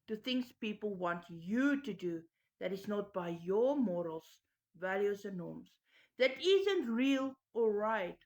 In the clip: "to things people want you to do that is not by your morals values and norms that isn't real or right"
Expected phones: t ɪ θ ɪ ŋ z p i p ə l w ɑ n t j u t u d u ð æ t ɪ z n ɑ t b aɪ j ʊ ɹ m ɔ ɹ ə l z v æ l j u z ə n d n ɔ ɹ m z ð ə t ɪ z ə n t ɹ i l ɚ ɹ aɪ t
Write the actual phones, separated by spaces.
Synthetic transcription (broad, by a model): t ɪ θ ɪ ŋ s p i p ə l w ɑ n t j u t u d u ð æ t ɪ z n ɑ t b aɪ j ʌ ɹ m ɔ ɹ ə l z v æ l j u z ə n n ɔ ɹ m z ð ə t ɪ z ə n t ɹ i l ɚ ɹ aɪ t